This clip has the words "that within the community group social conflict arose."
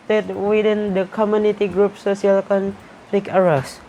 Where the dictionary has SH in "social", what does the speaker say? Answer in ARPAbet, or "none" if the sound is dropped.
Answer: S